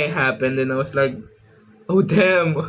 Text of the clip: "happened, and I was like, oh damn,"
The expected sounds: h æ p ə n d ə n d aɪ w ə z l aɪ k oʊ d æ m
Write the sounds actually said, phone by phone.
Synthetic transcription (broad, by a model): h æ p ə n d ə n aɪ w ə s l aɪ k oʊ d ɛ m